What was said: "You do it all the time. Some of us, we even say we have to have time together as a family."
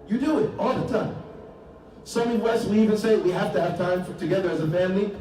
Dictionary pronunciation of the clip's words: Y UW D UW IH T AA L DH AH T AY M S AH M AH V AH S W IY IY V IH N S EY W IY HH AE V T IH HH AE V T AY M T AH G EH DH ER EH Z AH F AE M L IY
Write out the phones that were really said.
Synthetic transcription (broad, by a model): Y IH D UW IH T AA L DH AH T AY M S AH M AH W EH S W IY IY V IH N S EY W IY HH AE F T IH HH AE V T AY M T AH G EH DH ER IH Z AH F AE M L IY